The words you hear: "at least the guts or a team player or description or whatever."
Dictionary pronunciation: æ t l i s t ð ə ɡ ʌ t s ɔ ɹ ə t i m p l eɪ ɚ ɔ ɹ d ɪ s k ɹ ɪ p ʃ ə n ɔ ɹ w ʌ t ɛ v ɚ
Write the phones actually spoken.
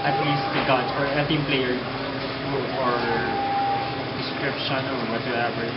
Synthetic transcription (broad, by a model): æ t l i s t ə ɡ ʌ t ɔ ɹ ə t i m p l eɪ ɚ ɔ ɹ d ɪ s k ɹ ɪ p ʃ ə n ɔ ɹ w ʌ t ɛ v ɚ